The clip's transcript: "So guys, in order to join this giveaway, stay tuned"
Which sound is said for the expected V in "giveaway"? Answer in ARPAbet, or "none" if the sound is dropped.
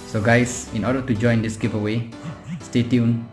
P